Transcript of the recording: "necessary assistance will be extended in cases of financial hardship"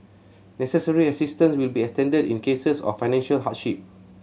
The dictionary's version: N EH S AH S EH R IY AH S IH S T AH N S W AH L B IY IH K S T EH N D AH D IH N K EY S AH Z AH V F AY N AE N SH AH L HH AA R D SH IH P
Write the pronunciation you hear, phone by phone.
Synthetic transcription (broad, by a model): N EH S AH S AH R IY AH S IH S T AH N S W AH L B IY IH K S T EH N D AH D IH N K EY S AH S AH F AY N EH N SH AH L HH AA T SH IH P